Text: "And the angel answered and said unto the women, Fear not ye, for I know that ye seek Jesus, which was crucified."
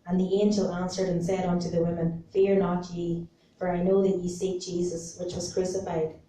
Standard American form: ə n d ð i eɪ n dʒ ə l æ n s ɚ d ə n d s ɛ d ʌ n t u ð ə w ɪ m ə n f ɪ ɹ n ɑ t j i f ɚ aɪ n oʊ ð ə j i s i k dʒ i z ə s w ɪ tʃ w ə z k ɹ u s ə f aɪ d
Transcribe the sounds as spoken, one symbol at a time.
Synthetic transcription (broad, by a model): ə n ð i eɪ n dʒ ə l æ n s ɚ d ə n s ɛ d ʌ n t u ð ə w ɪ m ə n f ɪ ɹ n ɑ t j i f ɚ aɪ n oʊ ð ə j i s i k dʒ i z ə s w ɪ tʃ w ə z k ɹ u s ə f aɪ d